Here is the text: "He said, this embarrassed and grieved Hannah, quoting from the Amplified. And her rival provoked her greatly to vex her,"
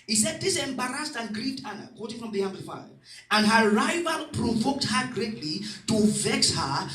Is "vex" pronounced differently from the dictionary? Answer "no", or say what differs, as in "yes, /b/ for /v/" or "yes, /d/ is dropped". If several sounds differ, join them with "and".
no